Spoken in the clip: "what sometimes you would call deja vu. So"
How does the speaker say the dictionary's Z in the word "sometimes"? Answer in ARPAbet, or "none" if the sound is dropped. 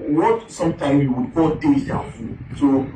none